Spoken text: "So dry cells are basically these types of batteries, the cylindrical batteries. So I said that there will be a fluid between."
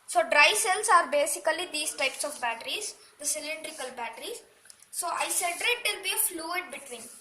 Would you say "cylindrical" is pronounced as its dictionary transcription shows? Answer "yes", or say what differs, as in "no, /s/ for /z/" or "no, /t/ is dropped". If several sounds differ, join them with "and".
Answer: yes